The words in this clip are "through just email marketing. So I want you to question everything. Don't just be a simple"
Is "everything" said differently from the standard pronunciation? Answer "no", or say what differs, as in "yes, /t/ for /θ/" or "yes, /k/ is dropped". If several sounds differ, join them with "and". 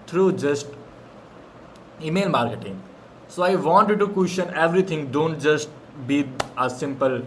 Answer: yes, /t/ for /θ/